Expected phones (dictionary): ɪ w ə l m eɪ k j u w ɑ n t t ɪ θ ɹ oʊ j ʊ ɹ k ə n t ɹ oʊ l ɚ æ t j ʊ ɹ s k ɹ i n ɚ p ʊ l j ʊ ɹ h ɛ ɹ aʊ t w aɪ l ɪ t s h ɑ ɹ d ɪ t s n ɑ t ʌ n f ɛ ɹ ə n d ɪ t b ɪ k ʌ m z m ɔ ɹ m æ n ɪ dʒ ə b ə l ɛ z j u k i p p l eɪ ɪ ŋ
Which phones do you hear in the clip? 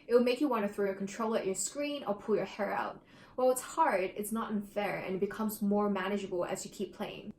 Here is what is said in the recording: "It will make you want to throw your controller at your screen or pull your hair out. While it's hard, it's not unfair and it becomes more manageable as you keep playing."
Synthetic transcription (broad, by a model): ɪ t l m eɪ k j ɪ w ɑ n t t ɪ θ ɹ oʊ j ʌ ɹ k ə n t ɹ oʊ l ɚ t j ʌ ɹ s k ɹ i n ɚ p ʊ l j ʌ ɹ h ɛ ɹ aʊ t w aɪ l ɪ t s h ɑ ɹ d ɪ t s n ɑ t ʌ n f ɛ ɹ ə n ɪ t b ɪ k ʌ m z m ɔ ɹ m æ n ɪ dʒ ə b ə l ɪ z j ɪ k i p p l eɪ ɪ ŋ